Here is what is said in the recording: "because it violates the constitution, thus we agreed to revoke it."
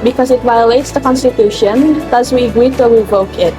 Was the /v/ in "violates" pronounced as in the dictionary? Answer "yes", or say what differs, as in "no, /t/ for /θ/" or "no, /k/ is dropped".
yes